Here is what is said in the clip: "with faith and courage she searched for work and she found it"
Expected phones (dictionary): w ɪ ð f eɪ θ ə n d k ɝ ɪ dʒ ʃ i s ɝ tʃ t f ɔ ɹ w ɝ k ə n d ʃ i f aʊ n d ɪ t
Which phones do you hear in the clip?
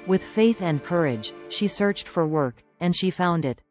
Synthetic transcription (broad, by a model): w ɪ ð f eɪ θ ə n k ɝ ɪ dʒ ʃ i s ɝ tʃ t f ɔ ɹ w ɝ k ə n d ʃ i f aʊ n d ɪ t